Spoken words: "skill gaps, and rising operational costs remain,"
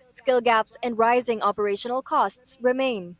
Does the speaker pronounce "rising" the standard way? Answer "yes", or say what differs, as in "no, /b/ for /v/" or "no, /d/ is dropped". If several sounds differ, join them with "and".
yes